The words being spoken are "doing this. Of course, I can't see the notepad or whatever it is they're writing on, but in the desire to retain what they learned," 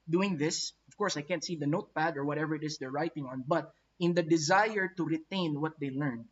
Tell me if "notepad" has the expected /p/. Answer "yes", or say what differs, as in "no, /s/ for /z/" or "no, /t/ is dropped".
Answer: yes